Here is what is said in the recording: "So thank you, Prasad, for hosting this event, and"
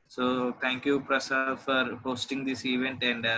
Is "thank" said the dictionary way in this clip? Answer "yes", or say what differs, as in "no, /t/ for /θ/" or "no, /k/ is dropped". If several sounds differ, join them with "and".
no, /t/ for /θ/